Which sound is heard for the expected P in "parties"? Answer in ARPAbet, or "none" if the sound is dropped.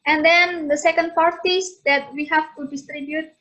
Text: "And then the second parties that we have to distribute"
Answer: F